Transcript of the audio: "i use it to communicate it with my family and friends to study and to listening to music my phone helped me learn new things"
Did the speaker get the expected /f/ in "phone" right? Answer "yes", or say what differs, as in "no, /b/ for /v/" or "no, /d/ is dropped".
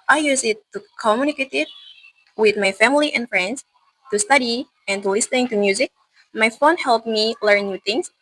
yes